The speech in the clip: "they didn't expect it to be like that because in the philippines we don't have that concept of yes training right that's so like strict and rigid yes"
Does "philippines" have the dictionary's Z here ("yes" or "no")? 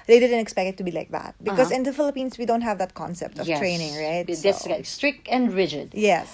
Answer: no